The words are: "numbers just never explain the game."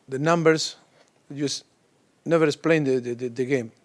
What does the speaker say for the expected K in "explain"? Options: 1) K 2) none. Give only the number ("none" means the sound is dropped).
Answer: 2